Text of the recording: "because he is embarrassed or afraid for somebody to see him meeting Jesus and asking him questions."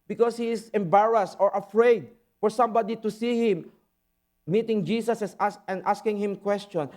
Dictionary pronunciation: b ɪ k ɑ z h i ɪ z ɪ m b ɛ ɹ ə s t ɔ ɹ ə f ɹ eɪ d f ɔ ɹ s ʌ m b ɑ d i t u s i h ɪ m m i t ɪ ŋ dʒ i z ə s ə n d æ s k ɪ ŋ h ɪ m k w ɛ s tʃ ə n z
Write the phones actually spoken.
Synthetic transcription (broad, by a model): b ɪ k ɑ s h i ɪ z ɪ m b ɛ ɹ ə s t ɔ ɹ ə f ɹ eɪ d f ɔ ɹ s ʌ m b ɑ d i t u s i h ɪ m m i t ɪ ŋ dʒ i s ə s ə n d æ s k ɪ ŋ h ɪ m k w ɛ s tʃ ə n